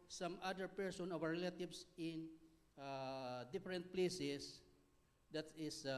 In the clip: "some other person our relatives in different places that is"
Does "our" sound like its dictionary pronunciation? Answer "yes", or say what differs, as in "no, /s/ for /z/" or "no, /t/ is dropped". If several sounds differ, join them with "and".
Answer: no, /w/ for /ɹ/